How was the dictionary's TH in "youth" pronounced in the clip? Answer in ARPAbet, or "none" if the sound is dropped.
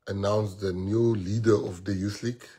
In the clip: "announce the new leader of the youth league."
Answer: S